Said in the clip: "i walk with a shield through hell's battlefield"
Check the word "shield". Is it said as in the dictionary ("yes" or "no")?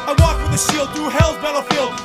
no